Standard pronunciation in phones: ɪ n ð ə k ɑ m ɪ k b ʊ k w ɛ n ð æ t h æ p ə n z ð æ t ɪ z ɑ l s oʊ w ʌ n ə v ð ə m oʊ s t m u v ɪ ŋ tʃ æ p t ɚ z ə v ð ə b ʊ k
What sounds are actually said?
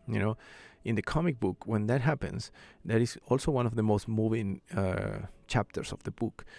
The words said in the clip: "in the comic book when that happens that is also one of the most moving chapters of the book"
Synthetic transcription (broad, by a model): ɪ n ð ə k ɑ m ɪ k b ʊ k w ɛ n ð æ t h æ p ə n s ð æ t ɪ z ɑ l s oʊ w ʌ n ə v ð ə m oʊ s t m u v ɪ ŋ tʃ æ p t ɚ s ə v ð ə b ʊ k